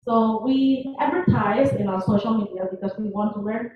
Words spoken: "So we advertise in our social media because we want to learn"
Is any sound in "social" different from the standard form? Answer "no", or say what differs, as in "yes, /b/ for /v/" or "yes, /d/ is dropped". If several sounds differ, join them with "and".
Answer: no